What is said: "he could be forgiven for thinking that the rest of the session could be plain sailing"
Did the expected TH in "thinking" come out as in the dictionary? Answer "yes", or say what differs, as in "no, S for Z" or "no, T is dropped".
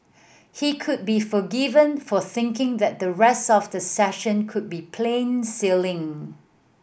yes